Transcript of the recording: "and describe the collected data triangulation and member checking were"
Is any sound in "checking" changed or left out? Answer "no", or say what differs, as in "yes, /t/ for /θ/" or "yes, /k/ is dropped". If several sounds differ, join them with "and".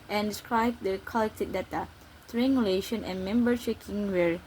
yes, /ʃ/ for /tʃ/